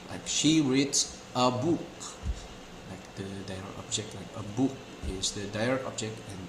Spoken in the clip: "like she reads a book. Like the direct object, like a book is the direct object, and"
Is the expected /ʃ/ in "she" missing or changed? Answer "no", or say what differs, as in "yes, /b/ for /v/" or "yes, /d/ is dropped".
no